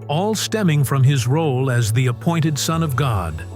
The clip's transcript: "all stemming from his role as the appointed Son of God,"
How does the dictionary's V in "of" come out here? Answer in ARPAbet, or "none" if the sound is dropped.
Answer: V